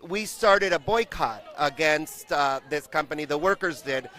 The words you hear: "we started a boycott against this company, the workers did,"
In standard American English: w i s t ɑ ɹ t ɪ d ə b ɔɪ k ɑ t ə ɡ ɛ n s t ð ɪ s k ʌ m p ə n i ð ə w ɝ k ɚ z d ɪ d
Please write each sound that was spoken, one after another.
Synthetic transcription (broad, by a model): w i s t ɑ ɹ t ɪ d ə b ɔɪ k ɑ t ə ɡ ɛ n s t ð ɪ s k ʌ m p ə n i ð ə w ɝ k ɚ z d ɪ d